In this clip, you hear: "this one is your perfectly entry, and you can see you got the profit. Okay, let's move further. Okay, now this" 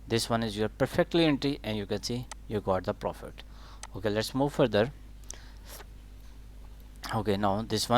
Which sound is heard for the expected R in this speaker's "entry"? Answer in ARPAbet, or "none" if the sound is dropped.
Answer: none